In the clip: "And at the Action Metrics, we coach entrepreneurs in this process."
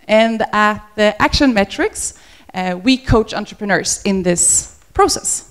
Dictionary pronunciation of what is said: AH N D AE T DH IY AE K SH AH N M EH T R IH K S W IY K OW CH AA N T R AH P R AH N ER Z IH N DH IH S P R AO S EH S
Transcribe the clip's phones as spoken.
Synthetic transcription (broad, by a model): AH N D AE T DH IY AE K SH AH N M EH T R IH K S W IY K OW CH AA N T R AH P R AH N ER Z IH N DH IH S P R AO S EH S